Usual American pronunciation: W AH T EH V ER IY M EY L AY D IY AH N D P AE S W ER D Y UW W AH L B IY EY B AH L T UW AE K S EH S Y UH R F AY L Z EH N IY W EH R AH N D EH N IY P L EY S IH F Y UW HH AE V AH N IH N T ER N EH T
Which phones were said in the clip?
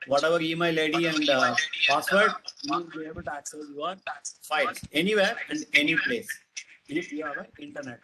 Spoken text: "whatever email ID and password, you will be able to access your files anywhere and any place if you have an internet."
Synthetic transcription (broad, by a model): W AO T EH V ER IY M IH L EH D IY AH N D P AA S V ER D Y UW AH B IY EY B AH L T UW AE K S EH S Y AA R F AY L EH N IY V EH R AH N D EH N IY P L EY S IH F Y UW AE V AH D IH N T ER N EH T